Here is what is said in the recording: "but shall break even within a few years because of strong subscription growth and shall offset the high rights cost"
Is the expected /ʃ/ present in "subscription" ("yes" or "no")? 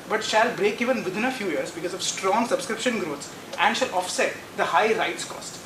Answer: yes